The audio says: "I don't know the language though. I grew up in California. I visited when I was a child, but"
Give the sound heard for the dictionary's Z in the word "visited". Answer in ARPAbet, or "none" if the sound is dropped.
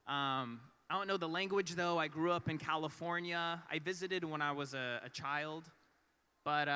Z